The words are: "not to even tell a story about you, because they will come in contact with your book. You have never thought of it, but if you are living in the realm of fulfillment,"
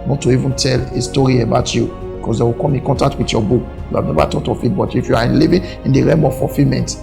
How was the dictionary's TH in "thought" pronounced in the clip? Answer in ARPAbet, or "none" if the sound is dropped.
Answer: T